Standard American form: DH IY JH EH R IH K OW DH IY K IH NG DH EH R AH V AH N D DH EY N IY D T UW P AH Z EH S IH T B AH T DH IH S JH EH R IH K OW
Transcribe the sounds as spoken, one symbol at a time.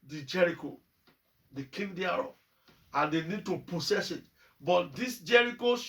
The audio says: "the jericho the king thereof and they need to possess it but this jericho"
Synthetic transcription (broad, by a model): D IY JH EH R IH K OW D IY K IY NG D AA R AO AH N D EY N IY D T UW P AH S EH S IH T B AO T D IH S JH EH R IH K OW